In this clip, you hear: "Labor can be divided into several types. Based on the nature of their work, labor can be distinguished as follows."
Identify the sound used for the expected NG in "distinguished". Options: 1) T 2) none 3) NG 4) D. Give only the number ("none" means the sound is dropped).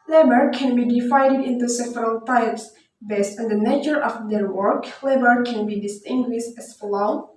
3